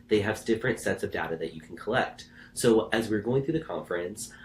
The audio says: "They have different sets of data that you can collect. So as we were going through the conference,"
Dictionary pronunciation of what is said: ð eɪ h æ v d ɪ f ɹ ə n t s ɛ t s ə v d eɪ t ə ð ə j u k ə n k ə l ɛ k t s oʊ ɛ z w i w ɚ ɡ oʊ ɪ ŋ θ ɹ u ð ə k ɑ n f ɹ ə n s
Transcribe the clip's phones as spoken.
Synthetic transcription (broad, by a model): ð eɪ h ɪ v d ɪ f ɹ ə n t s ɛ t s ə v d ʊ t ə ð ə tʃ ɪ k n k ə l ɛ k t s oʊ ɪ z w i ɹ ɡ oʊ ɪ ŋ θ ɹ u ð ə k ɑ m f ɹ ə n s